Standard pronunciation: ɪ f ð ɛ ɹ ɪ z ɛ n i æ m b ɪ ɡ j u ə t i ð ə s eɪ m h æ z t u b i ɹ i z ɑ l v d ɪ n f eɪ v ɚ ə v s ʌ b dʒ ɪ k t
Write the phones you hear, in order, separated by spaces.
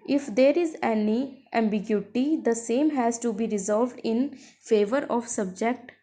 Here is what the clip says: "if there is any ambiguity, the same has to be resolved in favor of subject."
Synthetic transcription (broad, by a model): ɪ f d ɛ ɹ ɪ z ɛ n i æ m b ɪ ɡ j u t i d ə s eɪ m h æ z t u b i ɹ i z ɑ l v d ɪ n f eɪ v ɚ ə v s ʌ b dʒ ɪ k t